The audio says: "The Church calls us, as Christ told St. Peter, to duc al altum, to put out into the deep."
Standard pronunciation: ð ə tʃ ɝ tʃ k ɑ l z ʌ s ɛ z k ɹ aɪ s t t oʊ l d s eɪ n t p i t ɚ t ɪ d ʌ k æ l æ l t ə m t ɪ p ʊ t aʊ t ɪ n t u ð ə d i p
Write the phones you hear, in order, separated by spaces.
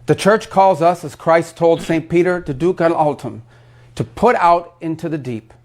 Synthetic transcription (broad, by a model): ð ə tʃ ɝ tʃ k ɑ l z ʌ s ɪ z k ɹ aɪ s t t oʊ l d s eɪ n p i t ɚ t ɪ d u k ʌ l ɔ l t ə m t ɪ p ʊ t aʊ t ɪ n t u ð ə d i p